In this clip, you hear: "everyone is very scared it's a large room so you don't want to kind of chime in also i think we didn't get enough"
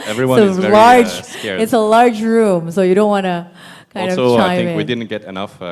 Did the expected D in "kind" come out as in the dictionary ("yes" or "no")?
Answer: no